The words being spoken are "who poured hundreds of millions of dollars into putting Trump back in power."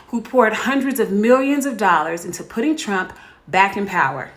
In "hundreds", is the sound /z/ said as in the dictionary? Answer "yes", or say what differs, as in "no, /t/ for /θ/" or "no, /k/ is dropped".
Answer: yes